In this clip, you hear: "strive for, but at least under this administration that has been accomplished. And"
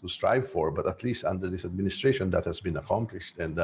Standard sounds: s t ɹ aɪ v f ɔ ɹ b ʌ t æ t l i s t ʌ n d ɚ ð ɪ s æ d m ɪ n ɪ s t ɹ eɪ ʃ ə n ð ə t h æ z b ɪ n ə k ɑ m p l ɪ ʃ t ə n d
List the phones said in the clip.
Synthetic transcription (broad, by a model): s t ɹ aɪ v f ɔ ɹ b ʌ t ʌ t l i s t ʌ n d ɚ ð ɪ s æ d m ɪ n ɪ s t ɹ eɪ ʃ ə n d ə t h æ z b ɪ n ə k ɑ m p l ɪ ʃ t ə n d